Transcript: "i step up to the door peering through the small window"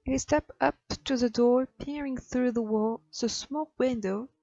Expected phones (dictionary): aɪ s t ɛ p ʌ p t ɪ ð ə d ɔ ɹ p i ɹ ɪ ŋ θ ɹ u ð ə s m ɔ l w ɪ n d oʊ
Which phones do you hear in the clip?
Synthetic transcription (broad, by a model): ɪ s t ɛ p ʌ p t ɪ ð ə d ɔ ɹ p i ɹ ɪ ŋ θ ɹ u ð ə s m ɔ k w ɪ n d oʊ